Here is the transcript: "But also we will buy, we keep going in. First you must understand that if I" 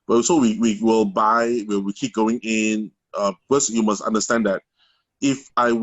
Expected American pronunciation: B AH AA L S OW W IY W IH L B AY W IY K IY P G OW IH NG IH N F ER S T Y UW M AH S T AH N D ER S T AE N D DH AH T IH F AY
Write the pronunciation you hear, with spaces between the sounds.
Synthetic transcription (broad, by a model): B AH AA S OW W IY W IH L B AY W IY K IY P G OW IH NG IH N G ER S Y UW M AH S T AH N D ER S T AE N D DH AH T IH F AY